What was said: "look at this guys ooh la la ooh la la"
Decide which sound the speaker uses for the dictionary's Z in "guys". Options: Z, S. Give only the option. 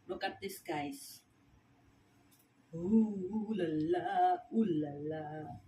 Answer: S